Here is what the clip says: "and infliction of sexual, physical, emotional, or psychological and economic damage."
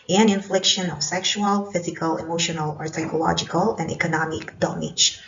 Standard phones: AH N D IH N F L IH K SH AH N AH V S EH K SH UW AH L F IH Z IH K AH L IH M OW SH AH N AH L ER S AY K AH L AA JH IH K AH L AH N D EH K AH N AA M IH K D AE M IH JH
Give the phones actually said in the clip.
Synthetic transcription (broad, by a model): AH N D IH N F L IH K SH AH N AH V S EH K SH UW AH L F IH Z IH K AH L IH M OW SH AH N AH L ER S AY K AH L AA JH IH K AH L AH N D EH K AH N AA M IH K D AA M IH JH